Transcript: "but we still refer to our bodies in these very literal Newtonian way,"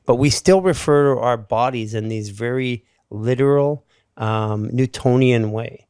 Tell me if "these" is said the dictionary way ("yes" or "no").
yes